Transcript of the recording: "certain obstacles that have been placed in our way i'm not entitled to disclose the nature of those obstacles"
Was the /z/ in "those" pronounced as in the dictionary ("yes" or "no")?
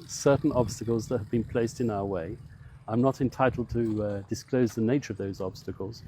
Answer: yes